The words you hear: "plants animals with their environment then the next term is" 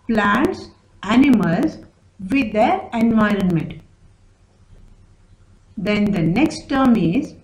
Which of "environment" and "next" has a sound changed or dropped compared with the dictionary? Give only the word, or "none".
none